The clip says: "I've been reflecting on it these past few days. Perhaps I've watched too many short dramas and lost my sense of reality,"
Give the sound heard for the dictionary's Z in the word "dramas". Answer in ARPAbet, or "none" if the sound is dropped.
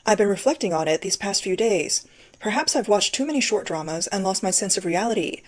Z